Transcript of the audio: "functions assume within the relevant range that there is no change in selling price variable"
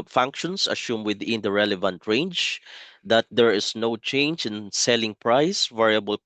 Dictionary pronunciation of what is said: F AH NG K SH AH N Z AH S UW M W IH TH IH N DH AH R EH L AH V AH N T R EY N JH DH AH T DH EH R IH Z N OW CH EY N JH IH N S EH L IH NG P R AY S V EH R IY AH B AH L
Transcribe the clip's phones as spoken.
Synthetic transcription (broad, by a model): F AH NG K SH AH N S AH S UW M W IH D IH N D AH R EH L AH V AH N T R EY N JH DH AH T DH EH R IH S N OW CH EY N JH IH N S EH L IH NG P R AY S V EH R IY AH B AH L